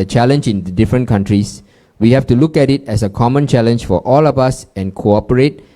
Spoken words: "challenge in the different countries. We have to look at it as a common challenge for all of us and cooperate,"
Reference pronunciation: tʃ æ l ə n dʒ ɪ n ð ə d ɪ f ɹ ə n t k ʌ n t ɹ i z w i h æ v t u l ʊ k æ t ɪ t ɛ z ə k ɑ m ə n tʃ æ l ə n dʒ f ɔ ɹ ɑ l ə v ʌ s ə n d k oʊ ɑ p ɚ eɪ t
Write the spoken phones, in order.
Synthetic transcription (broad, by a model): tʃ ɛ l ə n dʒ ɪ n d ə d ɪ f ɹ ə n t k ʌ n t ɹ i s w i h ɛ f t u l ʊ k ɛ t ɪ t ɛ s ə k ɑ m ə n tʃ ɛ l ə n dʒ f ɔ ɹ ɑ l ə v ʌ s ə n k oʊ ɑ p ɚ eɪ t